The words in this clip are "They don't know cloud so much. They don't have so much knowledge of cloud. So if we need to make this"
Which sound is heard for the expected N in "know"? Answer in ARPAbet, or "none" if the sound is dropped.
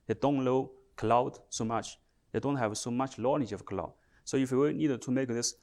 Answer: L